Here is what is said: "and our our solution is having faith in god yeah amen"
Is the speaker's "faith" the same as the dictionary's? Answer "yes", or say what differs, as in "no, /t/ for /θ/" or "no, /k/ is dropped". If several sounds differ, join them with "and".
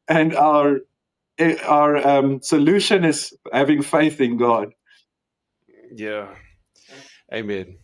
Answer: yes